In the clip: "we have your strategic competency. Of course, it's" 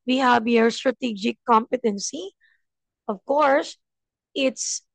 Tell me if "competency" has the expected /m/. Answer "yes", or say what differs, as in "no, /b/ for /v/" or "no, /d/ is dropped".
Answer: yes